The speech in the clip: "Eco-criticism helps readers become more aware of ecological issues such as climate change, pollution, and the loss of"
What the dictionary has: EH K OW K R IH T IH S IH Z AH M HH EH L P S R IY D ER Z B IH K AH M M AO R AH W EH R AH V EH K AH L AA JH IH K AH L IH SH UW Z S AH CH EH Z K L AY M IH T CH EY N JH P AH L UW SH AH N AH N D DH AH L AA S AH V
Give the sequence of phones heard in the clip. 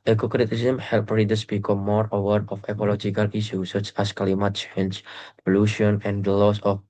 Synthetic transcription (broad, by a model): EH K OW K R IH T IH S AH M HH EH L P R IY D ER S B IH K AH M M AO R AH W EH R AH F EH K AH L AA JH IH K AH L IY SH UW S AH CH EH S K L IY M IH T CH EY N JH P AH L UW SH AH N AH N D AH L AA S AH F